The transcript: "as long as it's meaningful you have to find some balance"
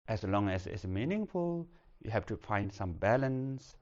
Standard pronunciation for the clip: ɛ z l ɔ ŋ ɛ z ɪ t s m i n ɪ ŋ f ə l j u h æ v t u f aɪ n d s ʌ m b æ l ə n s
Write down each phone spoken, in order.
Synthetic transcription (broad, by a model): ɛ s l ɔ ŋ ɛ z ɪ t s m i n ɪ ŋ f ə l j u h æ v t u f aɪ n d s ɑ m b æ l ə n s